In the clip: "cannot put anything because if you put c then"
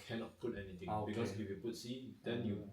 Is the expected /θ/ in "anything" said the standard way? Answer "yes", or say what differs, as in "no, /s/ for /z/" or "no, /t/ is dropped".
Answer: no, /t/ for /θ/